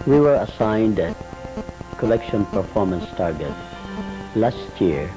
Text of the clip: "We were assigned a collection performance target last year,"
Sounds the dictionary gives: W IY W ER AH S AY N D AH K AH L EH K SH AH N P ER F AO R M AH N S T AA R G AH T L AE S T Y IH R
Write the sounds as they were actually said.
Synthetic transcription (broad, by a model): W IY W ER AH S AY N D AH K AH L EH K SH AH N P ER F AO R M AH N S T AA R G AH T L AE S T Y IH R